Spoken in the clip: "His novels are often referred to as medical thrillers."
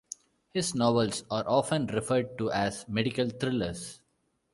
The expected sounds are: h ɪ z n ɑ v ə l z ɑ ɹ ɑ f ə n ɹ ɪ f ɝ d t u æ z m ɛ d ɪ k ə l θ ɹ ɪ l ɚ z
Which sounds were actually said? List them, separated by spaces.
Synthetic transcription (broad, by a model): h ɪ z n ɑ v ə l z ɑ ɹ ɑ f ə n ɹ ɪ f ɝ d t u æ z m ɛ d ɪ k ə l t ɹ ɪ l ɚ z